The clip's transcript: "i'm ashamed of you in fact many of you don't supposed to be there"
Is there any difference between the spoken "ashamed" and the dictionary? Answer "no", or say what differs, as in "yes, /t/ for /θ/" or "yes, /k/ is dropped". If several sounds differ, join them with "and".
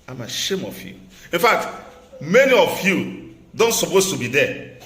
yes, /d/ is dropped